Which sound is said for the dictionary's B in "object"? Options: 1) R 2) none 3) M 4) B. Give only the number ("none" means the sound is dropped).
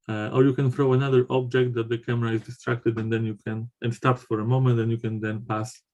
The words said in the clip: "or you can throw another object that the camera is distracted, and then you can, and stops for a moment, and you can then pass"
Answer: 4